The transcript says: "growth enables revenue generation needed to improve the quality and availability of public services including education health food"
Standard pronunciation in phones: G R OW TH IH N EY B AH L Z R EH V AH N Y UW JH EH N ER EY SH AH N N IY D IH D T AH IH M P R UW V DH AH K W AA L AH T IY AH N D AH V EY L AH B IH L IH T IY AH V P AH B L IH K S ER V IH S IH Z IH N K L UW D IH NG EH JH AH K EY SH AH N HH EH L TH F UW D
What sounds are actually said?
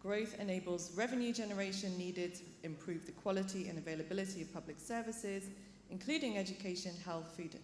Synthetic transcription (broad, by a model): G R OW TH IH N EY B AH L Z R EH V AH N Y UW JH EH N ER EY SH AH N N IY D IH D T AH IH M P R UW V DH AH K W AA L AH T IY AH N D AH V EY L AH B IH L IH T IY AH V P AH B L IH K S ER V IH S IH Z IH N K L UW D IH NG EH JH AH K EY SH AH N HH EH L TH F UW D